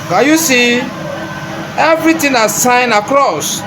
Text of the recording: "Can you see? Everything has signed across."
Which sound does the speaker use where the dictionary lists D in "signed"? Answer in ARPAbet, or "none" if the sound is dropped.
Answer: none